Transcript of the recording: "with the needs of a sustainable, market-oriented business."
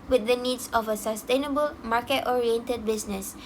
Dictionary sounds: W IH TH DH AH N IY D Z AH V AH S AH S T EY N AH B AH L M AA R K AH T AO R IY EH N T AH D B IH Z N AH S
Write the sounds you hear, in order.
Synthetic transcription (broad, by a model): W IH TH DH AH N IY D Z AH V AH S AH S T EY N AH B AH L M AA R K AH T AO R IY EH N T AH D B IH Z N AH S